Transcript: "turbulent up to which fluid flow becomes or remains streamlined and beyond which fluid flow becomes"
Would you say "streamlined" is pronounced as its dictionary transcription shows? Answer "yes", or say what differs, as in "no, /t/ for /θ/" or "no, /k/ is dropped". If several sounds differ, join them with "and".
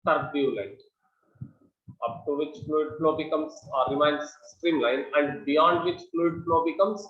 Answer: no, /d/ is dropped